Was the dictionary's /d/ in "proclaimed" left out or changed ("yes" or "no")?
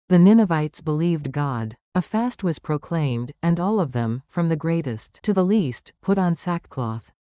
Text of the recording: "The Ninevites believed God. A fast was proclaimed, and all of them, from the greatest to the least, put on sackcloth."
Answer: no